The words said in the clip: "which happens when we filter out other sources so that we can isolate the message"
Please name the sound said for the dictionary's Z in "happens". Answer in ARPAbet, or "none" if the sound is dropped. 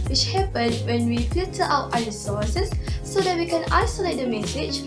none